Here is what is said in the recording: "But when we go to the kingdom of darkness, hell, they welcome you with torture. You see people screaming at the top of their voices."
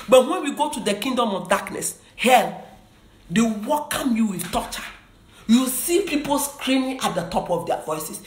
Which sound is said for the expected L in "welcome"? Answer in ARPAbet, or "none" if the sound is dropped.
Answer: none